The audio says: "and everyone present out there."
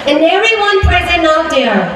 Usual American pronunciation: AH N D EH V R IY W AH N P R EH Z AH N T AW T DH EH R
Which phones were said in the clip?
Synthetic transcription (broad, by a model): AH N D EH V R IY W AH N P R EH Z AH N AW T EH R